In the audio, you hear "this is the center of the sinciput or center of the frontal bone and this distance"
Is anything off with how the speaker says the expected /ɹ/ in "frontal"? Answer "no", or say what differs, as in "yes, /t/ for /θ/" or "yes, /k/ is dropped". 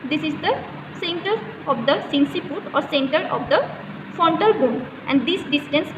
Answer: yes, /ɹ/ is dropped